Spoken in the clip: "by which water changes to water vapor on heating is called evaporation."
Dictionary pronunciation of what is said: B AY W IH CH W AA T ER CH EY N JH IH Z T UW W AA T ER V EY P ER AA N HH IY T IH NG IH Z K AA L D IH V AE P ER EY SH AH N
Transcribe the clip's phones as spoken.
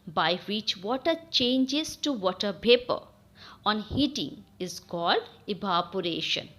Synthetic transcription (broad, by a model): B AY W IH CH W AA T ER CH EY N JH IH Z T UW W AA T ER P EY P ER AA N HH IY T IH NG IH Z K AA L D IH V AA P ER EY SH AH N